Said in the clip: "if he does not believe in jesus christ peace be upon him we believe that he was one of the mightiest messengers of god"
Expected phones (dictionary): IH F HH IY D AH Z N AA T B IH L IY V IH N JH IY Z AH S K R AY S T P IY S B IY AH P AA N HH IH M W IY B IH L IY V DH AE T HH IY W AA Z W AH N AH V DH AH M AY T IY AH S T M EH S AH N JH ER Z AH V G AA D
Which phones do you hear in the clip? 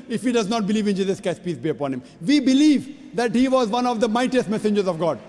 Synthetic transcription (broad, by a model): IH F HH IY D AH Z N AA T B IH L IY V IH N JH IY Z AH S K AY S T P IY S B IY AH P AA N HH IH M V IY B IH L IY V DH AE T HH IY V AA Z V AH N AH V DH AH M AY T IY AH S T M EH S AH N JH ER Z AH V G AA D